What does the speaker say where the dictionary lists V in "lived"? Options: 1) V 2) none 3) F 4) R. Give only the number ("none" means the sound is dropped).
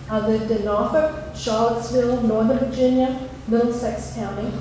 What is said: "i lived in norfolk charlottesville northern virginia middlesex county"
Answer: 2